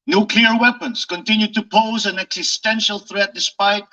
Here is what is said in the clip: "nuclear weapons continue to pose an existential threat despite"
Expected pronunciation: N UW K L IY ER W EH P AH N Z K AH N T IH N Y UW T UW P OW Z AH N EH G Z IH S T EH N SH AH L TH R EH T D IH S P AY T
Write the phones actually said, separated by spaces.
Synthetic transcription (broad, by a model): N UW K L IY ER W EH P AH N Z K AH N T IH N Y UW T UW P OW Z AH N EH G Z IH S T EH N SH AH L TH R EH T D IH S P AY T